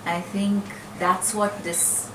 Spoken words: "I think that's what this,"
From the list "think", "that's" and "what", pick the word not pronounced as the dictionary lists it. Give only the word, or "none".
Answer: none